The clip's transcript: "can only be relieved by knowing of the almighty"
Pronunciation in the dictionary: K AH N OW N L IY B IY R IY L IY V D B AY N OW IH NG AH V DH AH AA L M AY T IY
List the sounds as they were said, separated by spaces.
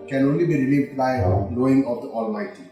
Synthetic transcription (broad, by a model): K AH N OW N L IY B IY R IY L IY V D B AY L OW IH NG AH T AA L M AY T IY